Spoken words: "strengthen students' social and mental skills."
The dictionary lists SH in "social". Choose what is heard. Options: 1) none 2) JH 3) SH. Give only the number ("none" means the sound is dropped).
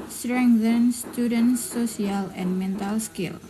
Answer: 1